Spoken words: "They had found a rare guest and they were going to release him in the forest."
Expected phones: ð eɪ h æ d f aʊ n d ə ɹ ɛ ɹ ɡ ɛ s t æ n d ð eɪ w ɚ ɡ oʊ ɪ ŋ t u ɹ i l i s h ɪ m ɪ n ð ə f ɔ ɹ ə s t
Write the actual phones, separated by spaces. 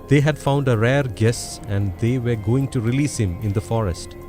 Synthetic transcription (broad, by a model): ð eɪ h æ d f aʊ n d ə ɹ ɛ ɹ ɡ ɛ s æ n d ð eɪ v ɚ ɡ oʊ ɪ ŋ t u ɹ i l i s h ɪ m ɪ n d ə f ɔ ɹ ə s t